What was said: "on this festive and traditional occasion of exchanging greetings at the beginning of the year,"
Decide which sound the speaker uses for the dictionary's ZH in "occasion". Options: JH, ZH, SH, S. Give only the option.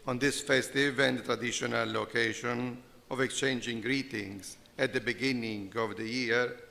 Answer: SH